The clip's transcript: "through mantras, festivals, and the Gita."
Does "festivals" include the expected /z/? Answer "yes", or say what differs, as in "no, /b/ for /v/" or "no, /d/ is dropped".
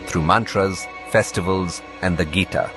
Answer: yes